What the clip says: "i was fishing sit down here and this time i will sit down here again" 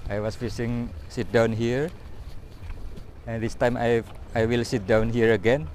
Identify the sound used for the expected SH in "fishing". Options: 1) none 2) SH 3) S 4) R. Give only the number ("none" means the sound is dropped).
3